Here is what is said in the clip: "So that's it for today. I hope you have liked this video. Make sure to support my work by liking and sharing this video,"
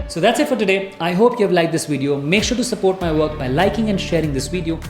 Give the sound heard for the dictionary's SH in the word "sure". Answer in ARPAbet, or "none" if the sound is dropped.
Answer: SH